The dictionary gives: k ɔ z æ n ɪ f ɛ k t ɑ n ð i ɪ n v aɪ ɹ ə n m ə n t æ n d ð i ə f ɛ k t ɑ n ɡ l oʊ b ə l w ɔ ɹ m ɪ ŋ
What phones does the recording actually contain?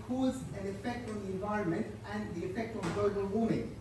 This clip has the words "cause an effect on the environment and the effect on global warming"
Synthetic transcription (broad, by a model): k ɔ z æ n ɪ f ɛ k t ɑ n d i ɪ n v aɪ ɹ ə n m ə n t æ n d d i ə f ɛ k t ɑ n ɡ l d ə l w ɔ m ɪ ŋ